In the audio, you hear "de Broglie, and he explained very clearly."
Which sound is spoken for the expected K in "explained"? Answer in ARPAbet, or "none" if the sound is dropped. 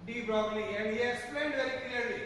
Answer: none